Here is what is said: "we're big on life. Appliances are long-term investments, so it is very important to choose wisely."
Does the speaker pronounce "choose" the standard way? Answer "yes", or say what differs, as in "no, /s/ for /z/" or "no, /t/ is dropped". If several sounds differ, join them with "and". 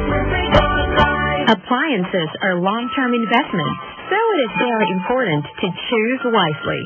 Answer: yes